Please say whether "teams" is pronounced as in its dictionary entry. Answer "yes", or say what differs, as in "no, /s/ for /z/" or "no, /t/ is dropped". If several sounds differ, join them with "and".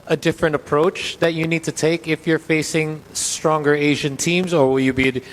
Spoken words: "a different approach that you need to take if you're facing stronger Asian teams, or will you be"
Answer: yes